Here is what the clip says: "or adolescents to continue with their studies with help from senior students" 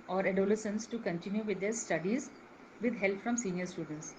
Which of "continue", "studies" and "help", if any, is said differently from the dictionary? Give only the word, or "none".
none